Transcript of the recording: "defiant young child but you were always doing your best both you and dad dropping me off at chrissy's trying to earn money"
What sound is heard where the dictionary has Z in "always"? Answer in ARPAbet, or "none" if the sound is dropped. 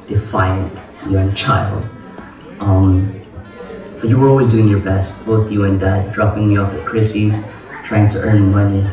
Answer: Z